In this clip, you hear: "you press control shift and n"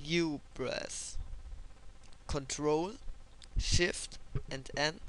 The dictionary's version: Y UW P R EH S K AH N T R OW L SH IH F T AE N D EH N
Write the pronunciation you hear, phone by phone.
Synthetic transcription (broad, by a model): Y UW B R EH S K AH N T R OW L SH IH F T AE N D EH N